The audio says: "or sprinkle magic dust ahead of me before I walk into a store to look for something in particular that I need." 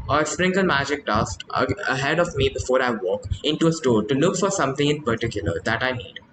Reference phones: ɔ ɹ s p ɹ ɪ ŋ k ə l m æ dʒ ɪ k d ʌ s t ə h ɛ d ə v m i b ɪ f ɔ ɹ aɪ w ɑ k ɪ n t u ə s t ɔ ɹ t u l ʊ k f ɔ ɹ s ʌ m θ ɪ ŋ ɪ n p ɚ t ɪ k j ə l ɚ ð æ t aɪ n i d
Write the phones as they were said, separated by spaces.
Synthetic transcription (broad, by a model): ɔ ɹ s p ɹ ɪ ŋ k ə l m æ dʒ ɪ k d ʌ s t ə h ɛ d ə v m i b ɪ f ɔ ɹ aɪ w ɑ k ɪ n t u ə s t ɔ ɹ t u l ʊ k f ɔ ɹ s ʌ m t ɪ ŋ ɪ n p ɚ t ɪ k j ə l ɚ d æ t aɪ n i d